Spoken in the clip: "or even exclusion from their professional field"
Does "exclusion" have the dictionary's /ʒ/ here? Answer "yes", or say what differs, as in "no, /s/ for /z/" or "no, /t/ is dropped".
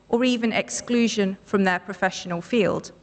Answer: yes